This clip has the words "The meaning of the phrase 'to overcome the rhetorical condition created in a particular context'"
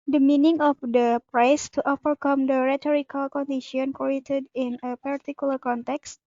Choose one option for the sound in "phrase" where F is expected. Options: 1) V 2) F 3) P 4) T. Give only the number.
3